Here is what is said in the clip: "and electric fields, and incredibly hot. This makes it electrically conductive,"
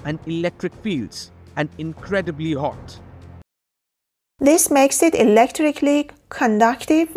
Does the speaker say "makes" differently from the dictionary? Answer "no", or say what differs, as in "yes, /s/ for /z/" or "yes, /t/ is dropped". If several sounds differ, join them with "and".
no